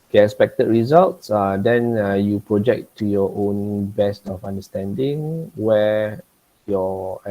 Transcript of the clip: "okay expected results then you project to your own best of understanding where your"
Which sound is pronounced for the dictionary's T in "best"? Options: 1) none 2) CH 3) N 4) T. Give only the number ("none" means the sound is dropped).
4